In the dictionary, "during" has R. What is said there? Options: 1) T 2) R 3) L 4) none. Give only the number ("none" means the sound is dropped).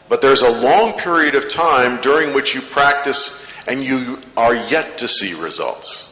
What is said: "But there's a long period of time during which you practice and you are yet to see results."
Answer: 2